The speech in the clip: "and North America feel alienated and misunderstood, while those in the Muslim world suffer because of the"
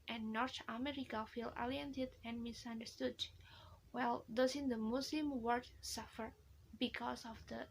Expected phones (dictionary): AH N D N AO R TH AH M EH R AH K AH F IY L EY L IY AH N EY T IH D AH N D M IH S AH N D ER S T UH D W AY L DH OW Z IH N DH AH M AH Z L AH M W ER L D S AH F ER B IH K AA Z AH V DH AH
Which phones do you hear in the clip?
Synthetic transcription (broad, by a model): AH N N AO R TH AH M EH R AH K AH F IY L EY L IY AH N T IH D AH N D M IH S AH N D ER S T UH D W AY L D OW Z IH N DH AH M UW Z L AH M W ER D S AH F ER B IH K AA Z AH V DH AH